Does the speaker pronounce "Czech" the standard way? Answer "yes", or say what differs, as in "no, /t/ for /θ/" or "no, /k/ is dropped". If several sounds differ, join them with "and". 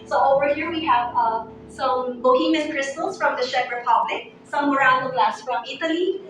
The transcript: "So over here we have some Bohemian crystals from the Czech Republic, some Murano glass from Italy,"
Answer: no, /ʃ/ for /tʃ/